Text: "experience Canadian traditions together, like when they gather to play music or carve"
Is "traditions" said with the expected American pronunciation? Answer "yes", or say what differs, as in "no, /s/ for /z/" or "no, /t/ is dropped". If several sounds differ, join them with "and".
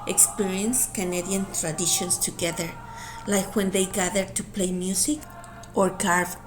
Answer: no, /s/ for /z/